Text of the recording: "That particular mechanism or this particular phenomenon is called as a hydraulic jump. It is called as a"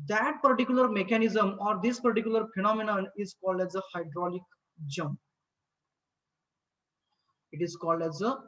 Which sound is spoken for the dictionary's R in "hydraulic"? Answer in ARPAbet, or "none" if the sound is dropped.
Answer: R